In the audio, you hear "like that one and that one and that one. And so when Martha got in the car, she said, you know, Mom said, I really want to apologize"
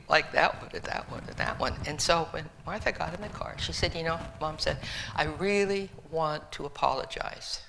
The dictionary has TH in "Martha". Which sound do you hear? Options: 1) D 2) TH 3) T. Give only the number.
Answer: 2